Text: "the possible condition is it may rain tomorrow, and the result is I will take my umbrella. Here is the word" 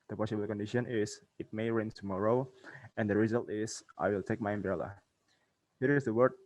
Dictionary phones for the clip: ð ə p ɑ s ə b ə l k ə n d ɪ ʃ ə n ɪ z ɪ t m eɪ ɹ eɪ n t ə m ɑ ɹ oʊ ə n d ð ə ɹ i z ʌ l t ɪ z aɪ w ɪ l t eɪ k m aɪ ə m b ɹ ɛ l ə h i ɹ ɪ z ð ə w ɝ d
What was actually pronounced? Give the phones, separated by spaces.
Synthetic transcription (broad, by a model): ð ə p ɑ s ə b ə l k ə n d ɪ ʃ ə n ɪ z ɪ t m eɪ ɹ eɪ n t ə m ɑ ɹ oʊ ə n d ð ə ɹ i z ʌ l t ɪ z aɪ w ɪ l t eɪ k m aɪ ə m b ɹ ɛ l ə h i ɹ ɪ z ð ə w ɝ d